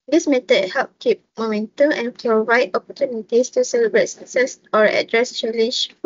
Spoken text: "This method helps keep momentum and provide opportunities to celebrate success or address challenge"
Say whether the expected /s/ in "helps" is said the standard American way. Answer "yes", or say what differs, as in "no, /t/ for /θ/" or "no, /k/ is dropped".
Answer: no, /s/ is dropped